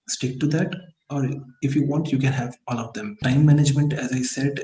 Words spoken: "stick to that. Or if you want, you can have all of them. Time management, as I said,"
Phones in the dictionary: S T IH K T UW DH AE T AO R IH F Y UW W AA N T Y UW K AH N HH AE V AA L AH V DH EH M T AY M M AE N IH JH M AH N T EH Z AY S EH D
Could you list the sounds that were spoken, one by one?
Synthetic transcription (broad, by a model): S T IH K T UW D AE T AO R IH F Y UW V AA N T Y UW K AH N HH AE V AA L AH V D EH M T AY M M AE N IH JH M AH N T EH Z AY S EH D